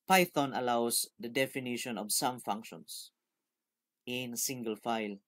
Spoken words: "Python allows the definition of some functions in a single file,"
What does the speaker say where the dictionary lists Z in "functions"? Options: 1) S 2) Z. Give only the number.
1